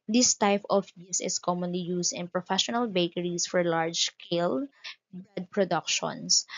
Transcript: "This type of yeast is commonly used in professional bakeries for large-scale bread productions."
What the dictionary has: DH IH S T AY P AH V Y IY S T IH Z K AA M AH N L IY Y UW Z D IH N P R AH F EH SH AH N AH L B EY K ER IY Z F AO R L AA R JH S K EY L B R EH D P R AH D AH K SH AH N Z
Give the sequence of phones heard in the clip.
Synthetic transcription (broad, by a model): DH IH S T AY P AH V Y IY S IH S K AA M AH N L IY Y UW S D IH N P R AH F EH SH AH N AH L B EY K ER IY S F AO R L AA R JH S K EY L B EH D P R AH D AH K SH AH N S